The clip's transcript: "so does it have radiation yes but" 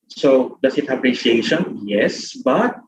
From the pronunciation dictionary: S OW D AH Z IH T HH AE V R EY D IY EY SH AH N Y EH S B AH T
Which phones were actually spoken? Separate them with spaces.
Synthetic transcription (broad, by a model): S OW D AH S IH T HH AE P R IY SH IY EY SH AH N Y EH S B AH T